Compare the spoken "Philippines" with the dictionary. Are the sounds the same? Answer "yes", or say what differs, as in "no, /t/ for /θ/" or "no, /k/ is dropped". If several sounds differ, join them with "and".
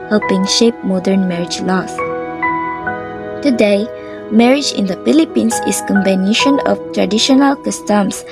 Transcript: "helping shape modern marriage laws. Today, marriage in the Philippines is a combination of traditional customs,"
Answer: no, /s/ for /z/